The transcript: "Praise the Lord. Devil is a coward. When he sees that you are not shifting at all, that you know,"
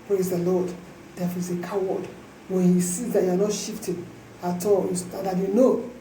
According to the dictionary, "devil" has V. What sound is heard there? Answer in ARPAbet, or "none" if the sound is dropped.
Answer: F